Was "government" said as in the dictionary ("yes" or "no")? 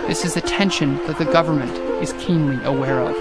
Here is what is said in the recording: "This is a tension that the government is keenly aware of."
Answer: yes